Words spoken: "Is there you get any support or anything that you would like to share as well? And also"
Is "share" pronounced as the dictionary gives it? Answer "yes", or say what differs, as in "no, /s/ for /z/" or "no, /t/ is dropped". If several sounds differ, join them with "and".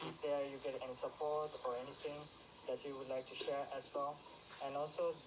yes